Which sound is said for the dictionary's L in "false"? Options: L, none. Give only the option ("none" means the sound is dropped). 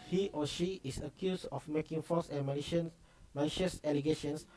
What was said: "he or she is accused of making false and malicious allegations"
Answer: none